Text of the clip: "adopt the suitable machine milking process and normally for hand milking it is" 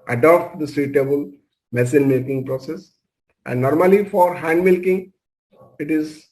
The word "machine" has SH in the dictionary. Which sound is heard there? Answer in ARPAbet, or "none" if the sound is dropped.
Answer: S